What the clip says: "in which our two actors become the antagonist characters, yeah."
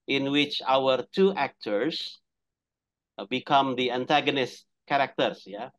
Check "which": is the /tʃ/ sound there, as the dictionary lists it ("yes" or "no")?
yes